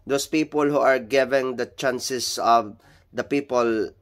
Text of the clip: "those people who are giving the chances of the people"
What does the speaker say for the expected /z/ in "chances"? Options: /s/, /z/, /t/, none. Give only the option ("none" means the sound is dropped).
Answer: /s/